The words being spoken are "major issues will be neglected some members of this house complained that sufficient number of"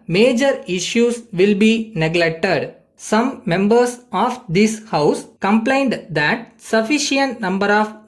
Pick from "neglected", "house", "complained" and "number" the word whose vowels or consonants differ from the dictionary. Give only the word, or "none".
none